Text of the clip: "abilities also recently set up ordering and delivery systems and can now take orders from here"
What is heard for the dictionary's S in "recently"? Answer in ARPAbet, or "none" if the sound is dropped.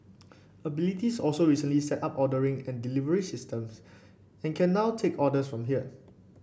S